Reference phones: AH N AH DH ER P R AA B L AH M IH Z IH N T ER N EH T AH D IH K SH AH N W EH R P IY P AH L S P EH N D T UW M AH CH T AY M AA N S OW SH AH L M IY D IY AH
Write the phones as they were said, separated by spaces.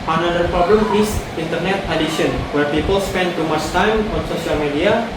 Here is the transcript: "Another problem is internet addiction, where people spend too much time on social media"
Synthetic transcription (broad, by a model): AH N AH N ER P R AA B L AH M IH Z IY N T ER N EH T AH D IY SH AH N W EH R P IY P AH L S P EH N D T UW M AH S T AY M AA N S OW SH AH L M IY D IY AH